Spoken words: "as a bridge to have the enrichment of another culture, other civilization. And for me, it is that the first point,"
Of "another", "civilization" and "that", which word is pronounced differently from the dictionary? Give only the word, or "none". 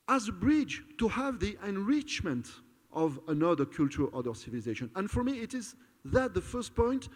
none